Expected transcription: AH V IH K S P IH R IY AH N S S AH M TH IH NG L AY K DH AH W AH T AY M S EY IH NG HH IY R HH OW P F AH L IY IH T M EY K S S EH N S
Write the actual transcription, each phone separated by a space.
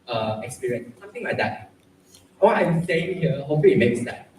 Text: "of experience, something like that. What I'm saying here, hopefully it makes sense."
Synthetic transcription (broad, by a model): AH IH K S P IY R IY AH N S S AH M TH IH NG L AY K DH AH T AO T AY M S EY IH NG HH IY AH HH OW F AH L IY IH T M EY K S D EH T